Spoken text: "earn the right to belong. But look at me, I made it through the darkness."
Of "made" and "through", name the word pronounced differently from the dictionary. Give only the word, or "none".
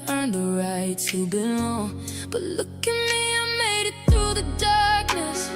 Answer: none